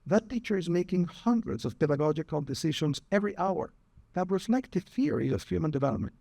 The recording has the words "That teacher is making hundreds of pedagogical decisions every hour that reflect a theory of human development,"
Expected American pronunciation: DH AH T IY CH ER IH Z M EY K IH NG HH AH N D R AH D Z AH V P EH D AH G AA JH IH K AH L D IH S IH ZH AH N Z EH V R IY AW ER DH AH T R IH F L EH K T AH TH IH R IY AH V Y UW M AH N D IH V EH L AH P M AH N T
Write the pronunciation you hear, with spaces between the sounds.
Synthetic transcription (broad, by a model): DH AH T IY CH ER IH Z M EY K IH NG HH AH N D R AH D Z AH V P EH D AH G AA JH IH K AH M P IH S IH SH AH N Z EH V R IY AW ER DH AH T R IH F L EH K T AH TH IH R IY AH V Y UW M AH N D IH V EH L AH P M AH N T